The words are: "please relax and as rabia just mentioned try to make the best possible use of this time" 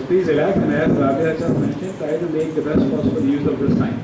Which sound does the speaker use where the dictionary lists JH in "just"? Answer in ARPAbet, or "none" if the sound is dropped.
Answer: CH